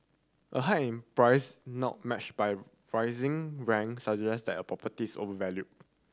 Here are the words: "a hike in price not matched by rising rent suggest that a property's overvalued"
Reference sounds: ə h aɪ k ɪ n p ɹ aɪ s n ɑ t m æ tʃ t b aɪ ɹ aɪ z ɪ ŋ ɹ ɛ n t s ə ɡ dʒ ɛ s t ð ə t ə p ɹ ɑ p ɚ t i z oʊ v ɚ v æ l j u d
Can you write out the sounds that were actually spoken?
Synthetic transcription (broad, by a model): ə h aɪ ɪ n p ɹ aɪ s n ɑ t m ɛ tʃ b aɪ ɹ aɪ z ɪ ŋ ɹ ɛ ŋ s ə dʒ ɛ s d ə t ə p ɹ ɑ p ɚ t i s oʊ v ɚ v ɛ l j u